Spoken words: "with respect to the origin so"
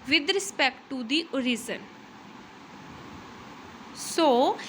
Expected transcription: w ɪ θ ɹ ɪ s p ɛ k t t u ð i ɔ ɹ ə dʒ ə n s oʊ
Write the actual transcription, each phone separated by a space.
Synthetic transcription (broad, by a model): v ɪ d ɹ ɪ s p ɛ k t t u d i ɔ ɹ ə z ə n s oʊ